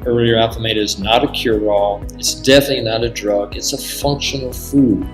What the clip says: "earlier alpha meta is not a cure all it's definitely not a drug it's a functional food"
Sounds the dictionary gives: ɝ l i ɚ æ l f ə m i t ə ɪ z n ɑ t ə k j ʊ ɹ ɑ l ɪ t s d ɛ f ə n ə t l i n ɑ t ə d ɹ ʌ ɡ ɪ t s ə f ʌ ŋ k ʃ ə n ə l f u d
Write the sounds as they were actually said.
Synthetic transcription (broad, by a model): ɝ l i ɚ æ f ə m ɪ t ɪ z n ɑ t ə k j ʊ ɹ ɑ l ɪ t s d ɛ f ə n ə t l i n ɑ t ə d ɹ ʌ ɡ ɪ t s ə f ʌ ŋ k ʃ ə n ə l f u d